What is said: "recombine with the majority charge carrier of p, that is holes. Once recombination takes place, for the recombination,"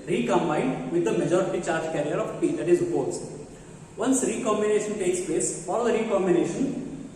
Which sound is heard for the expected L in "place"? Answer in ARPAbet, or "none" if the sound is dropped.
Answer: L